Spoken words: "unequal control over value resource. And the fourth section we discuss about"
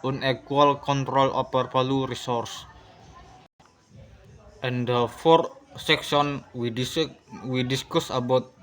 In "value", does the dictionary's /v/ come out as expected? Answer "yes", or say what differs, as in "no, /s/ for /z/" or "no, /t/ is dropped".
no, /p/ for /v/